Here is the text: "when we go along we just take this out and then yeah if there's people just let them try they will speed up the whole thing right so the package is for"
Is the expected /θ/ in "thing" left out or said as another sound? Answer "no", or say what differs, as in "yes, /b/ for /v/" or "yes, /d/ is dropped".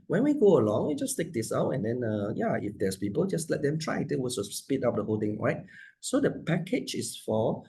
yes, /t/ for /θ/